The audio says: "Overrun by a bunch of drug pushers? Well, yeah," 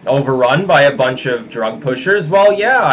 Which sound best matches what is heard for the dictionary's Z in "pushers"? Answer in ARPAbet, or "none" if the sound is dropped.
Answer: Z